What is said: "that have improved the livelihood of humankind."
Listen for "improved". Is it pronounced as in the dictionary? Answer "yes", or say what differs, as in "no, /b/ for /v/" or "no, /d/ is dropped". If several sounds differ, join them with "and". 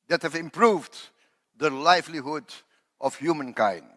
yes